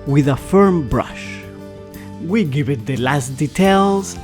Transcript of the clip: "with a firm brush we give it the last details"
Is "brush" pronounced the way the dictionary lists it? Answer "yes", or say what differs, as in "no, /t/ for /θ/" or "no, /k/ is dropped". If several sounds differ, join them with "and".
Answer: yes